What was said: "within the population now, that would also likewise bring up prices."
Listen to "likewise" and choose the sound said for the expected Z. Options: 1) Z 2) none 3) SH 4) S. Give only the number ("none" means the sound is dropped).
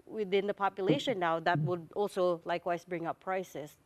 4